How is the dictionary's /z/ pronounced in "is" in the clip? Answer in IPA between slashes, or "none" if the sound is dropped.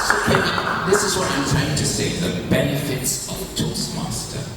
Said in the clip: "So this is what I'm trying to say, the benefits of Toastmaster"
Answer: /z/